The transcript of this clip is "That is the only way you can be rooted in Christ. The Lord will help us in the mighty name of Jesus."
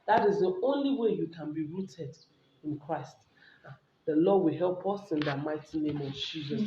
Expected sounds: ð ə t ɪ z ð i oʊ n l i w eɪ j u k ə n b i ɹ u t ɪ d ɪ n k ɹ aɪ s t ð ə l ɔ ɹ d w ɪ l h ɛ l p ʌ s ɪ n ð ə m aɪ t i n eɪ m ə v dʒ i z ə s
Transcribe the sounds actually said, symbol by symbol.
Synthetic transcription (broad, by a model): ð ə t ɪ z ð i oʊ n l i w eɪ j u k ə n b i ɹ u t ɪ d ɪ n k ɹ aɪ s t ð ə l ɔ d w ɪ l h ɛ l p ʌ s ɪ n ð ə m aɪ t i n eɪ m ə v dʒ i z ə s